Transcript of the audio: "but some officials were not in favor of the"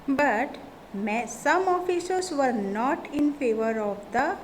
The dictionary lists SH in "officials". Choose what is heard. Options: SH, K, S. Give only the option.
S